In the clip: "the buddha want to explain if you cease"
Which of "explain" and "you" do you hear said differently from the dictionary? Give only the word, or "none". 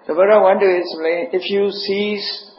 explain